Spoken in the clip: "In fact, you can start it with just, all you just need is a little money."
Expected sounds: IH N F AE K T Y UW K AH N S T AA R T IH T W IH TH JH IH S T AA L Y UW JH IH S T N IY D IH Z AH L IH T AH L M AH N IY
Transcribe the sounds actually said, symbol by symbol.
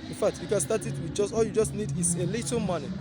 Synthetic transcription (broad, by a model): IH N F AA K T Y UW K AH N S T AA T IH T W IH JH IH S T AA L Y UW JH IH S T N IY D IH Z AH L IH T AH M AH N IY